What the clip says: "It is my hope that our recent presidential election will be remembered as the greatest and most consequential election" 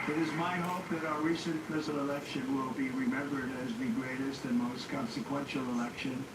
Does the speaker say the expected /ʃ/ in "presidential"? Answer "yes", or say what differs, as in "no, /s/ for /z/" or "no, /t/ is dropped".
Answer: no, /ʃ/ is dropped